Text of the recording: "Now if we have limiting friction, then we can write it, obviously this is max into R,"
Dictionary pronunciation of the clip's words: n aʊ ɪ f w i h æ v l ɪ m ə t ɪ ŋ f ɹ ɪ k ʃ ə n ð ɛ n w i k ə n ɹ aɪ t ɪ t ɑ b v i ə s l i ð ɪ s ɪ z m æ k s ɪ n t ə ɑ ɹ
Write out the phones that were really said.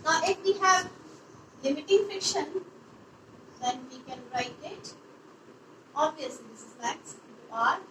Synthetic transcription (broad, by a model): n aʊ ɪ f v i h æ v l ɪ m ə t ɪ ŋ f ɪ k ʃ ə n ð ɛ n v i k ə n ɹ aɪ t ɪ t ɑ b v i ə s l i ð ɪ s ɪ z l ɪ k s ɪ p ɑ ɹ